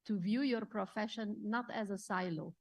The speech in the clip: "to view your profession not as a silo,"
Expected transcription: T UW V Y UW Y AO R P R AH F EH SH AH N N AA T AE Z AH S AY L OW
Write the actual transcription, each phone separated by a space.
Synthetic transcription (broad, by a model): T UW V Y UW Y AO R P R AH F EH SH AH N N AA T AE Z AH S AY L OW